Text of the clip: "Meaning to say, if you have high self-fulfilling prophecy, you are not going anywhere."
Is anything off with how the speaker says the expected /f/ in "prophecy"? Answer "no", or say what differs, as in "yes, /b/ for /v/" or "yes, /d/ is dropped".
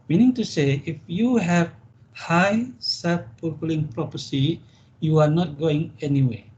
yes, /p/ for /f/